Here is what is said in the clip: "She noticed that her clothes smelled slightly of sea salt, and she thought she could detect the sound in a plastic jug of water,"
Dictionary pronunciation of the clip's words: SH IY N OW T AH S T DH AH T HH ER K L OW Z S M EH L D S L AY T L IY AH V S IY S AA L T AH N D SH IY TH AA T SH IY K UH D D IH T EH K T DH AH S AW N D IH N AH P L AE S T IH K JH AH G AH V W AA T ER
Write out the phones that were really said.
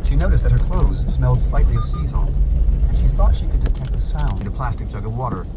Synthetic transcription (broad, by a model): SH IY N OW T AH S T DH AH T HH ER K L OW Z S M EH L D S L AY T L IY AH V S IY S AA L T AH N SH IY TH AA T SH IY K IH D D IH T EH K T DH AH S AW N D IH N AH P L AE S T IH K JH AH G AH V W AA T ER